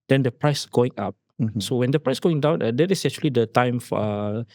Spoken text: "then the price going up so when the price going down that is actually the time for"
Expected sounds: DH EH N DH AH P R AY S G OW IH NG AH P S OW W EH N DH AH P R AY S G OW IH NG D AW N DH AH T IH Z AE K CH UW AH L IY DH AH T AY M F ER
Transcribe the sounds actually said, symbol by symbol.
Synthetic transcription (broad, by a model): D EH N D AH P R AY S G OW IH NG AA P S OW W EH N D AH P R AY S G OW IH NG D AW N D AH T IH S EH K CH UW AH L IY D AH T AY M F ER